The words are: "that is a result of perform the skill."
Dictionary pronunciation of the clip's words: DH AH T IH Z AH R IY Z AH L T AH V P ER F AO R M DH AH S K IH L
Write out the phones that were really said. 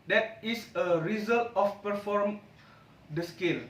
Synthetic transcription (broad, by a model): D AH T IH S AH R IY Z AH L T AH F P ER F AO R M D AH S K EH L